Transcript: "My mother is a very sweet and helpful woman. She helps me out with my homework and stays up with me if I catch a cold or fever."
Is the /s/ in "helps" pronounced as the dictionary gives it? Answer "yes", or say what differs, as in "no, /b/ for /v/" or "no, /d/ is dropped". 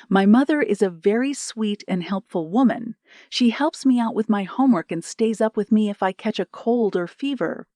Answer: yes